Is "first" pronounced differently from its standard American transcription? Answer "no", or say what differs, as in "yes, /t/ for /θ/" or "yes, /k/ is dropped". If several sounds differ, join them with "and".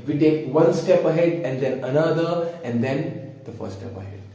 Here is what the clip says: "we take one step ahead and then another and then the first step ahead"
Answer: yes, /s/ is dropped